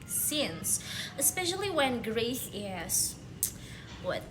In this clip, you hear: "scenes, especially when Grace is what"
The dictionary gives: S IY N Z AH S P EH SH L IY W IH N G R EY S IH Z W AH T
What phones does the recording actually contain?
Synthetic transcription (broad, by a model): S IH N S AH S P EH SH L IY W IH N G R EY TH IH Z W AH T